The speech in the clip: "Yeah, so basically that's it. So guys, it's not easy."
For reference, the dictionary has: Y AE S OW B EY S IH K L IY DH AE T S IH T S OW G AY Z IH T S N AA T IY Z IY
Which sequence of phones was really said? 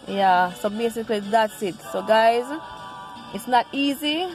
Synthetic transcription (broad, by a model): Y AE S OW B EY S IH K L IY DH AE T S IH T S OW G AY Z IH T S N AA T IY Z IY